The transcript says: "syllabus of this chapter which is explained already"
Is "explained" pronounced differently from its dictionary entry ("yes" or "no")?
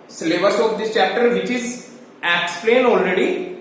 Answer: yes